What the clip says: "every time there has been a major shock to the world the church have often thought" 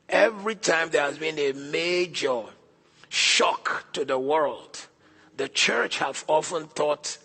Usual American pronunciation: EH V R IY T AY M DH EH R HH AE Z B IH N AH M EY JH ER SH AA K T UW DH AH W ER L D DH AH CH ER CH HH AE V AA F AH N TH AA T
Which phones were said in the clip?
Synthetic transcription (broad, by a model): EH V R IY T AY M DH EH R HH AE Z B IH N AH M EY JH ER SH AA K T UW DH AH W ER L D DH AH CH ER CH HH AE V AA F AH N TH AA T